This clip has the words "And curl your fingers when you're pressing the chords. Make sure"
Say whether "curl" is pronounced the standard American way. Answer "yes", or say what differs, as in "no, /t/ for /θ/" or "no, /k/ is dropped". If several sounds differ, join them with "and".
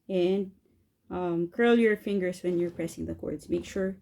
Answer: yes